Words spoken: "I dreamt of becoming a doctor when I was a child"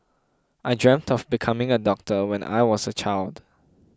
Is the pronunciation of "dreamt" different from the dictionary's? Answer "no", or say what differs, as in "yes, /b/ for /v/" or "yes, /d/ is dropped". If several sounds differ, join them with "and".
no